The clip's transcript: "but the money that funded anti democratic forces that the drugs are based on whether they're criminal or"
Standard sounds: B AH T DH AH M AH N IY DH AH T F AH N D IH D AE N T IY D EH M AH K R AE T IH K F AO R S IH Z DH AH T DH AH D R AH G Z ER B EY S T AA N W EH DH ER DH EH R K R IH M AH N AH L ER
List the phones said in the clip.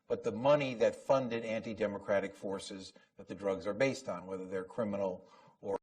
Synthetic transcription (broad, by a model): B AH T DH AH M AH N IY DH AH T F AH N D IH D AE N T IY D EH M AH K R AE T IH K F AO R S IH Z DH AH T DH AH D R AH G Z ER B EY S T N W EH DH ER DH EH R K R IH M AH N L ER